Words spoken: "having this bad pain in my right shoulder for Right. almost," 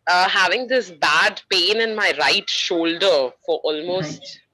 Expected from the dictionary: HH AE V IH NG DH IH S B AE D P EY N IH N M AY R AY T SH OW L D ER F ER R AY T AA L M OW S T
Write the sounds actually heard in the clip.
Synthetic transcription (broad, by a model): HH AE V IH NG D IH S B AE D P EY N IH N M AY R AY T SH OW L D ER F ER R T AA L M OW S T